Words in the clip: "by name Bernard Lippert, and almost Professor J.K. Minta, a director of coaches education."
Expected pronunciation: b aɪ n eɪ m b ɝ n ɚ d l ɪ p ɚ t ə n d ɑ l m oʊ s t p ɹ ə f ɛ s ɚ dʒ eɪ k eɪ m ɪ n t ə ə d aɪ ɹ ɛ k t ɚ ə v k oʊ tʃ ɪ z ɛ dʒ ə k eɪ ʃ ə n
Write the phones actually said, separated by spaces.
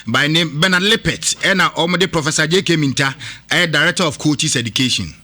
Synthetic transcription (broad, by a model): b aɪ n eɪ m b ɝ n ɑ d l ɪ p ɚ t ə n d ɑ m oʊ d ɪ p ɹ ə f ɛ s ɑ dʒ eɪ k eɪ m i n t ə ə d aɪ ɹ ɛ k t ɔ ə f k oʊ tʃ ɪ s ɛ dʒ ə k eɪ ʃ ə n